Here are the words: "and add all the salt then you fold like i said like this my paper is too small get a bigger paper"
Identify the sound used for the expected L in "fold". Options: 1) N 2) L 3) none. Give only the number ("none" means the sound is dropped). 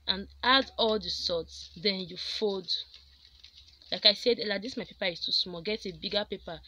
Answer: 3